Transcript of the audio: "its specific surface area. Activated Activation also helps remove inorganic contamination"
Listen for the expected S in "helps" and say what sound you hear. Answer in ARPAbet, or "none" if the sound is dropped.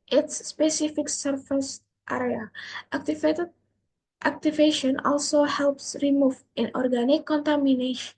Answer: S